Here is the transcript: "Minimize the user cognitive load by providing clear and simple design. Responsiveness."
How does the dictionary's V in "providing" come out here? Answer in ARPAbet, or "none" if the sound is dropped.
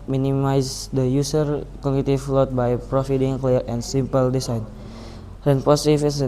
F